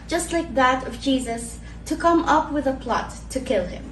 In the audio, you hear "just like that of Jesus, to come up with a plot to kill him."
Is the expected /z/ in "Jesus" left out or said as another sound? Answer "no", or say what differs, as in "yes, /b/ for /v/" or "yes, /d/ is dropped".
no